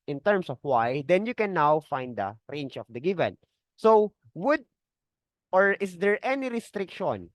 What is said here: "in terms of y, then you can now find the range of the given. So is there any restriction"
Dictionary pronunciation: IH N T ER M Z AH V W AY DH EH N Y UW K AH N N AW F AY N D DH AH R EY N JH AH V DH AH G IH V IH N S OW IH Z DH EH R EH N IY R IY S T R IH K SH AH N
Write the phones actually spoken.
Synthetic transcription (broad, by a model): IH N T ER M S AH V W AY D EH N Y UW K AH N N AW F AY N D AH R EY N CH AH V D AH G IH V IH N S OW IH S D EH R EH N IY R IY S T R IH K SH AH N